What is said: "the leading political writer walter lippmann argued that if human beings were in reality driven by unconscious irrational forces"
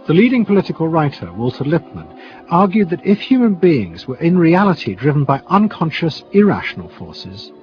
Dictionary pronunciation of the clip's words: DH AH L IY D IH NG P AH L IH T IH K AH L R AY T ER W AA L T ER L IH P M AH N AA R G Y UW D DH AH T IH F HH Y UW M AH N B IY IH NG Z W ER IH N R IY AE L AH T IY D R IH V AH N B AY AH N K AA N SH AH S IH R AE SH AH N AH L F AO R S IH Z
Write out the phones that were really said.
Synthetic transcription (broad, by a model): DH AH L IY D IH NG P AH L IH T IH K AH L R AY T ER W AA L T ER L IH P M AH N AA R G Y UW D DH AH T IH F HH Y UW M AH N B IY IH NG Z W ER IH N R IY AE L AH T IY D R IH V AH N B AY AH N K AA N SH AH S IH R AE SH AH N AH L F AO R S IH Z